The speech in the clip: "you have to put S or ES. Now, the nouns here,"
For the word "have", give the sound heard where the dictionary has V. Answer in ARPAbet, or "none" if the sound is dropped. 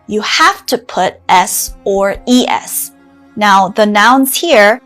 F